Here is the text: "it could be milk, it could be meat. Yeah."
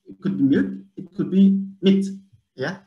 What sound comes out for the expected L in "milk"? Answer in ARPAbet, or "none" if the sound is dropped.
none